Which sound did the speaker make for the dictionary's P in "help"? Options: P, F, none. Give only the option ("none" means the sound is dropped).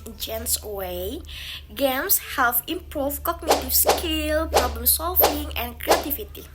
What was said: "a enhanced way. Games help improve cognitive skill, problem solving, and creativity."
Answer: F